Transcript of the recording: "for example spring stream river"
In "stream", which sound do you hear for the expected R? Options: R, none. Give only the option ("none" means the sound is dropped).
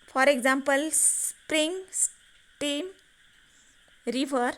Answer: none